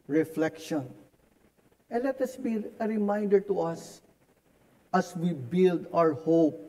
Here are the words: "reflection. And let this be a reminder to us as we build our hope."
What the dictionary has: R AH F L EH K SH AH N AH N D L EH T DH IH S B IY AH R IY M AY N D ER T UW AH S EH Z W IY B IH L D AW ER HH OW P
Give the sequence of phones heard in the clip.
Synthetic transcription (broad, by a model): R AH F L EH K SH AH N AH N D L EH T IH S B IY AH R IY M AY N D ER T UW AH S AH S W IY B IH L D AW ER HH OW P